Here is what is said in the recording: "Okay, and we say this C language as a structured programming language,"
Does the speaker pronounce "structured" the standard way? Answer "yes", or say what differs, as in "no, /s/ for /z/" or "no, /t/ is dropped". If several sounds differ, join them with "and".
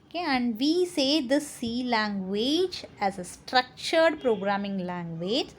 yes